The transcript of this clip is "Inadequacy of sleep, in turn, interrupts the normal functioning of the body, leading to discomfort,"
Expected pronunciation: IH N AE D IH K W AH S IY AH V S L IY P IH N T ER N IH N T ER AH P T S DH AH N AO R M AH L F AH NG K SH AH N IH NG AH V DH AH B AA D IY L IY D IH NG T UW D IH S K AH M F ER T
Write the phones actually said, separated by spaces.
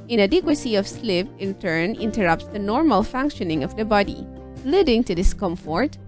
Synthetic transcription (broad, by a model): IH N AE D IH K W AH S IY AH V S L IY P IH N T ER N IH N T ER AH P T S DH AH N AO R M AH L F AH NG K SH AH N IH NG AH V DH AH B AA D IY L IY D IH NG T UW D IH S K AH M F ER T